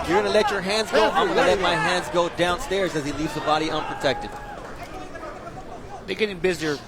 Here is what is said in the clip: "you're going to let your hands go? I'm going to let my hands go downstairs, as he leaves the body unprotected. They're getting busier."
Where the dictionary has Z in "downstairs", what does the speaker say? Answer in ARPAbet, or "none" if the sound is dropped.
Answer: Z